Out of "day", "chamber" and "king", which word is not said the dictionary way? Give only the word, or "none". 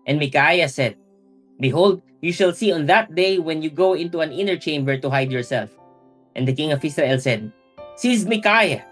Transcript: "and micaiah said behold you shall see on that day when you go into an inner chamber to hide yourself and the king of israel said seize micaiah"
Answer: none